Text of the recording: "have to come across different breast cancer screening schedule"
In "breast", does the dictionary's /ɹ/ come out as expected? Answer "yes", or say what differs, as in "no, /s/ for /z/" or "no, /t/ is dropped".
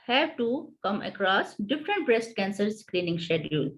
yes